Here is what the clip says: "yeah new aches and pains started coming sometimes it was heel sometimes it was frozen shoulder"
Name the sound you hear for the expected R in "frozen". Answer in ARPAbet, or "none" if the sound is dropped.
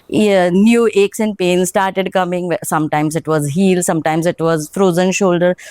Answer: R